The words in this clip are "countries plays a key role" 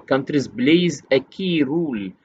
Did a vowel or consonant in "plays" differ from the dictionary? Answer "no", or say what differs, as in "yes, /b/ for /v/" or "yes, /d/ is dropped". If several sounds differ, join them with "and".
yes, /b/ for /p/